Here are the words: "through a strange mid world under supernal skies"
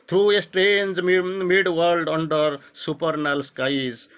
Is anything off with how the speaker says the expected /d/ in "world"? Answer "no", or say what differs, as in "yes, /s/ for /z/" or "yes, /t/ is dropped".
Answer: no